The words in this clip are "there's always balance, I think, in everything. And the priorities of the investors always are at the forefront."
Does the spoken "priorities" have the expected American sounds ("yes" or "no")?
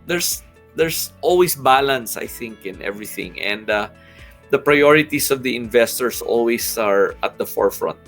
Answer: no